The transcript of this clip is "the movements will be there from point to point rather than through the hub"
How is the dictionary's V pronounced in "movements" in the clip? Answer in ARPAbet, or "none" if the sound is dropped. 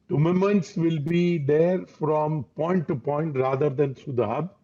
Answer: none